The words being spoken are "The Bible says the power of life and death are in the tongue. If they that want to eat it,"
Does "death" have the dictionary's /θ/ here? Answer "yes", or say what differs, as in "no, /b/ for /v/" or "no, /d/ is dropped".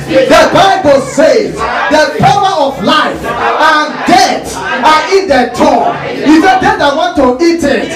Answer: no, /s/ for /θ/